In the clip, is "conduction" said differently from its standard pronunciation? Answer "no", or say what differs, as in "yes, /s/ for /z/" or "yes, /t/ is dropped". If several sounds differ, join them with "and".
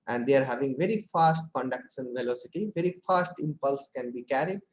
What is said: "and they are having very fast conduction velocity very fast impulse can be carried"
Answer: yes, /s/ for /ʃ/